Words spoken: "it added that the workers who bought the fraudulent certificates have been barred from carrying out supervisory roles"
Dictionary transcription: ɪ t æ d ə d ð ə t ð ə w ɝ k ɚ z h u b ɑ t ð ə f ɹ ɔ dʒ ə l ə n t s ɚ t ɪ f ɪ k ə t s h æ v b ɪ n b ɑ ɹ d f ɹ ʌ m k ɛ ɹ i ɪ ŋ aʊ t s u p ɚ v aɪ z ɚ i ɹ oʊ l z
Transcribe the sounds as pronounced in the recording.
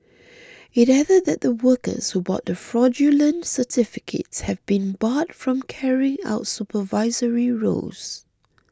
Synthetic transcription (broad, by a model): ɪ t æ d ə d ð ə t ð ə w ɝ k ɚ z h u b ɑ t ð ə f ɹ ɔ dʒ ə l ə n t s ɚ t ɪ f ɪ k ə t s h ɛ v b ɪ n b ɑ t f ɹ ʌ m k ɛ ɹ i ɪ ŋ aʊ t s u p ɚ v aɪ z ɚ i ɹ oʊ z